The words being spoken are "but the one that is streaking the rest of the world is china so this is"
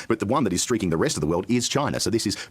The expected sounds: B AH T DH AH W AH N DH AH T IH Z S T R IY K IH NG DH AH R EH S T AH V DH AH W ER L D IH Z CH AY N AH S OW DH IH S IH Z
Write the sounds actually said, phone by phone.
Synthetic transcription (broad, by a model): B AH T DH AH W AH N DH AH T IH Z S T R IY K IH NG DH AH R EH S T AH V DH AH W ER L D IH Z CH AY N AH S OW DH IH S IH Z